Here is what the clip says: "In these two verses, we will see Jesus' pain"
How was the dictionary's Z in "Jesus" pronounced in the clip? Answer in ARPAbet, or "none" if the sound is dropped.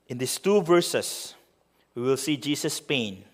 S